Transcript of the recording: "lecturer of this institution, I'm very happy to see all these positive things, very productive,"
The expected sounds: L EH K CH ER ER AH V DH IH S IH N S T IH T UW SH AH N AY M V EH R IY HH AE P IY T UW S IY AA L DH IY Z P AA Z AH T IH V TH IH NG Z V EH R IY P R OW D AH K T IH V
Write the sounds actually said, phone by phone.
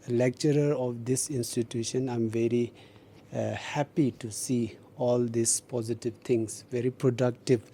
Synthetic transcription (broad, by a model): L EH K CH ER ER AH V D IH S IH N S T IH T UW SH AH N AY M V EH R IY HH AE P IY T UW S IY AA L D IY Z P AA Z AH T IH V T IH NG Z V EH R IY P R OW D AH K T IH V